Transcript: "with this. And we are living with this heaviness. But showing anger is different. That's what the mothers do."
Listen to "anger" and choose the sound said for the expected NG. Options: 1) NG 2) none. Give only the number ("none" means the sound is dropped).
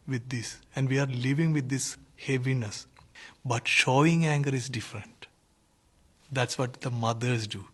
1